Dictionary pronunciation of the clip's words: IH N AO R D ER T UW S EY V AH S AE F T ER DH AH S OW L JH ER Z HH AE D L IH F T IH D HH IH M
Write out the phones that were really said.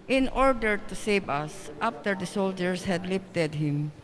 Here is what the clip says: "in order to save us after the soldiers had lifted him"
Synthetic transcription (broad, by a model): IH N AO R D ER T UW S EY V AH S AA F T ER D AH S OW L JH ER S HH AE D L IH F T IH D HH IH M